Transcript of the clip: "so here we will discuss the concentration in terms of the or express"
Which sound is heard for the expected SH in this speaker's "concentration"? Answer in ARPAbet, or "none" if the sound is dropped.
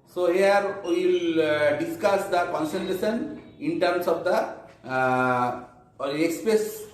S